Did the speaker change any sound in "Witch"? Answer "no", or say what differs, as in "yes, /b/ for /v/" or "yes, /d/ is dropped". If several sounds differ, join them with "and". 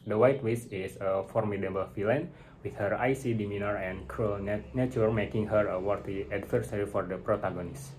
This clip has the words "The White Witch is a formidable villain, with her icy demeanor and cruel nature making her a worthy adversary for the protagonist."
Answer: yes, /s/ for /tʃ/